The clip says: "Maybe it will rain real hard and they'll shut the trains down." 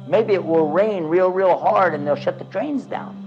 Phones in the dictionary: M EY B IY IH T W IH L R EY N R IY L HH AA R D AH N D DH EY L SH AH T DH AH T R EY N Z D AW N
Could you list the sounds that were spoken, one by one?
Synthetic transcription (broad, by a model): M EY B IY IH T W IH L R EY N R IY L HH AA R D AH N DH EY L SH AH T DH AH T R EY N Z D AW N